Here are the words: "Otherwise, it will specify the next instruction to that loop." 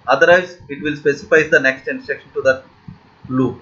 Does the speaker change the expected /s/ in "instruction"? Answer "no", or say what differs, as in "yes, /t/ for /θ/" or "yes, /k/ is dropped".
yes, /s/ is dropped